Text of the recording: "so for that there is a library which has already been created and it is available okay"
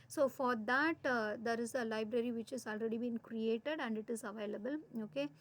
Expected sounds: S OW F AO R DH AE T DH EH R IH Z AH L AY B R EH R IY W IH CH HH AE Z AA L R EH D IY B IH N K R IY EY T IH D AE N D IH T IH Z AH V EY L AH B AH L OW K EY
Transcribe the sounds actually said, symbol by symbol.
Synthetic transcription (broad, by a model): S OW F AO R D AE T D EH R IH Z AH L AY B R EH R IY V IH CH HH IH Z AA L R EH D IY B IH N K R IY EY T IH D AE N D IH T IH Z AH V EY L AH B AH L OW K EY